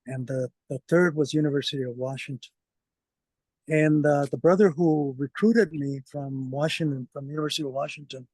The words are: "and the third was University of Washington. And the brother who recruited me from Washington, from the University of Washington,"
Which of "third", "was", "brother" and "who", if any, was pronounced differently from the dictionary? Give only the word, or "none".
none